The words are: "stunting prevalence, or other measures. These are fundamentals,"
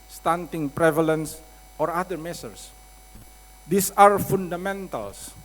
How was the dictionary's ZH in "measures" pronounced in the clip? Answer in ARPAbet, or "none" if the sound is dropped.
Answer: S